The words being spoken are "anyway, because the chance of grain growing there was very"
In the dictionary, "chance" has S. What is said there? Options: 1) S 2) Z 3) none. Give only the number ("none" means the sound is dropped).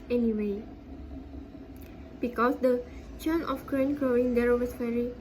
3